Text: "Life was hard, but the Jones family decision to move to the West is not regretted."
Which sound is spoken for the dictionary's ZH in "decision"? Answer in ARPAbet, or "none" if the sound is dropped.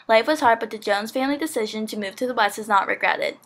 ZH